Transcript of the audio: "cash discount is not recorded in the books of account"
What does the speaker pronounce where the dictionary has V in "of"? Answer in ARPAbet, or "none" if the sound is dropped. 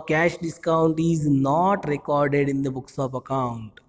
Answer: P